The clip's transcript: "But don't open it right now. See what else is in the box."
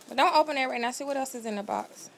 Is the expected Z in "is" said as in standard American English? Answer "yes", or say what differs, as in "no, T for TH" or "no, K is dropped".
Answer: yes